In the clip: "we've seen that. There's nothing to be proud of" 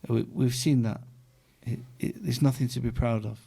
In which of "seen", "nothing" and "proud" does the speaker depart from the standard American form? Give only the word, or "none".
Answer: none